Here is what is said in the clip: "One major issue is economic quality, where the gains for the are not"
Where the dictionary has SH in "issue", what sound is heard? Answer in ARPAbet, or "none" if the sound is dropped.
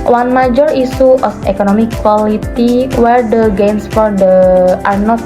S